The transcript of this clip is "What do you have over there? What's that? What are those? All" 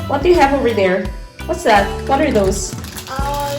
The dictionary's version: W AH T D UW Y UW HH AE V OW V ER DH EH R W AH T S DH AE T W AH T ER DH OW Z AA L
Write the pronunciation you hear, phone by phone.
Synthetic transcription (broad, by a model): W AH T D UW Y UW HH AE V OW V ER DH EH R W AH T S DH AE T W AH T ER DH OW UH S